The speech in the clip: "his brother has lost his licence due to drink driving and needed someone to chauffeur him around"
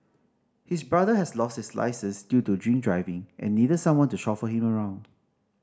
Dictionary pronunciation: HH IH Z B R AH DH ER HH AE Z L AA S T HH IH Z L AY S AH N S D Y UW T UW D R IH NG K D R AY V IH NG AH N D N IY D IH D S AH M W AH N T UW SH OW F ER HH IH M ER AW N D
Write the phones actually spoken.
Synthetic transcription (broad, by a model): HH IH S B R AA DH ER HH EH S L AA S T HH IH S L AY S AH S D Y UW T UW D R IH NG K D R AY V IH NG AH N N IY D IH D S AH M W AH N T UW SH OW F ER HH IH M ER AW N D